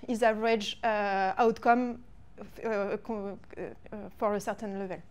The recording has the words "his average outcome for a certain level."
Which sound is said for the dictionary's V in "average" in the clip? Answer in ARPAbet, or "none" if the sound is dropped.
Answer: none